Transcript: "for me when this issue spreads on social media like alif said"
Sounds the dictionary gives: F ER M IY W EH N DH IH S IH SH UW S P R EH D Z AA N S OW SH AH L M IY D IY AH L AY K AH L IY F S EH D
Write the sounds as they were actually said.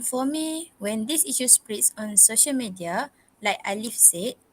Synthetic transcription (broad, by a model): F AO M IY W EH N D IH S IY SH UW S P R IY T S AA N S OW SH AH L M IY D IY AH L AY K AH L IY F S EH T